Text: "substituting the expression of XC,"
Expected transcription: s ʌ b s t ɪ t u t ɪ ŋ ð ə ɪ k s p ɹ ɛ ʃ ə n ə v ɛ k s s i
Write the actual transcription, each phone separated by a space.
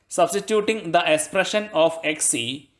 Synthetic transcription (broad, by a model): s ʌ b s t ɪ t u t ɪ ŋ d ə ɪ k s p ɹ ɛ ʃ ə n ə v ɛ k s s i